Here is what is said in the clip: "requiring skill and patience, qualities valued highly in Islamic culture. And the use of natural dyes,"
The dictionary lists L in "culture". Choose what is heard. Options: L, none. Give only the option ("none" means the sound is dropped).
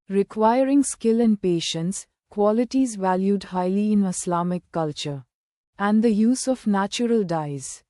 L